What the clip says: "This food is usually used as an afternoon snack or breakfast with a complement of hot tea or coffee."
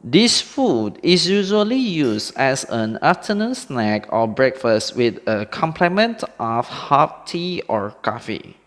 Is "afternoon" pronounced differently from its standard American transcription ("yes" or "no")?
yes